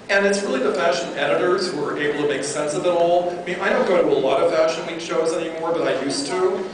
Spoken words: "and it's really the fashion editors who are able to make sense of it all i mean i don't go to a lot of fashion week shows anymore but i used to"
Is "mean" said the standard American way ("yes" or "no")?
no